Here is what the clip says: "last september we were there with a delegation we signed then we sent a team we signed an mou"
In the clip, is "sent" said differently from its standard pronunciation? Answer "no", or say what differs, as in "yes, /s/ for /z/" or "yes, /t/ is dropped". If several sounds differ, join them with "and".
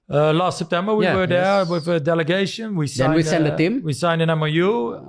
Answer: yes, /t/ is dropped